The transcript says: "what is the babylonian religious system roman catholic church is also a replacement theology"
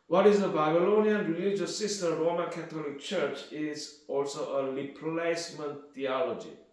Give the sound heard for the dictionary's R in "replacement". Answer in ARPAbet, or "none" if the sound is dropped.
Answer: L